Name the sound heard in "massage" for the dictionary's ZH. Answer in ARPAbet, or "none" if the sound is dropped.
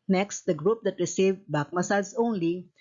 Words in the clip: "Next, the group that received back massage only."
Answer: S